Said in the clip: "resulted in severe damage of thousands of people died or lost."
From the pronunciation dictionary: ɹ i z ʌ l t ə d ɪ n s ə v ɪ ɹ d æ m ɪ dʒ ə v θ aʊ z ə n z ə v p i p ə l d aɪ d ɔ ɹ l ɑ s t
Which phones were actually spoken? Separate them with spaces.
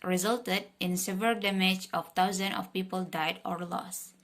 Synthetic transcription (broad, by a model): ɹ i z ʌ l t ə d ɪ n s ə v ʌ l d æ m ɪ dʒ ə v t aʊ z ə n ə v p i p ə l d aɪ d ɔ ɹ l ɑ s